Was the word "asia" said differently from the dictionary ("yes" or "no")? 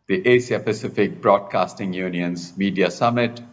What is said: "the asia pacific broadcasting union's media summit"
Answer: yes